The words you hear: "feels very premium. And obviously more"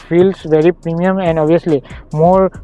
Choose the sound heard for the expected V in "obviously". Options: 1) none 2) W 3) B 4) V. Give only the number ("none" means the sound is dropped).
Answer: 1